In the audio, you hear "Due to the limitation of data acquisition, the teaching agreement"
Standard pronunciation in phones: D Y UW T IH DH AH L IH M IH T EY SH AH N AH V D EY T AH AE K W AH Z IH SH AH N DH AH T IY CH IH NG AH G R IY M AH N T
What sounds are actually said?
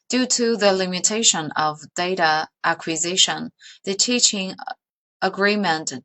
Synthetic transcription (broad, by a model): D Y UW T IH DH AH L IH M IH T EY SH AH N AH V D EY T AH AE K W AH Z IH SH AH N DH AH T IY CH IH NG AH G R IY M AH N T